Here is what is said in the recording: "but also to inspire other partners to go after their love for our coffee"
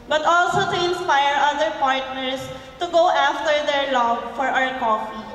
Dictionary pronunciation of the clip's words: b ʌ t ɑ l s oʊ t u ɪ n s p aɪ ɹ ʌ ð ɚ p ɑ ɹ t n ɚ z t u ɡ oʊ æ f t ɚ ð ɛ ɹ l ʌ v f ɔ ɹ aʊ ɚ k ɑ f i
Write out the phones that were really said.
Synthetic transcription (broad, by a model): b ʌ t ɑ l s oʊ t u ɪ n s p aɪ ɹ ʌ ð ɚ p ɑ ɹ t n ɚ s t u ɡ oʊ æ f t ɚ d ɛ ɹ l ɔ b f ɔ ɹ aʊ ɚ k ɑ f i